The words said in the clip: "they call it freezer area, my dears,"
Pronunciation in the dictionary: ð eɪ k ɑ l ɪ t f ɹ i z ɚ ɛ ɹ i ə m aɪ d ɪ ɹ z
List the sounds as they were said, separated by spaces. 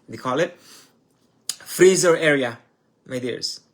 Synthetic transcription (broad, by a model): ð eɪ k ɑ l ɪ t f ɹ i z ɚ ɛ ɹ i ə m aɪ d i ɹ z